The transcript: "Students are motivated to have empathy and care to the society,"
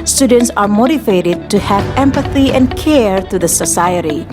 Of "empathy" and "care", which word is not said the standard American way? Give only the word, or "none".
none